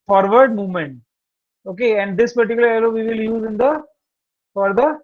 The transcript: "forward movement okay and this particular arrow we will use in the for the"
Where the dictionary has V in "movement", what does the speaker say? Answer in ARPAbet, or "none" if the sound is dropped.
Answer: V